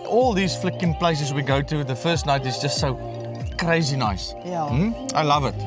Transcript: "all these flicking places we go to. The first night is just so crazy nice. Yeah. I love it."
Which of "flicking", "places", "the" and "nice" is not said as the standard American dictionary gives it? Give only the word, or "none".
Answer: none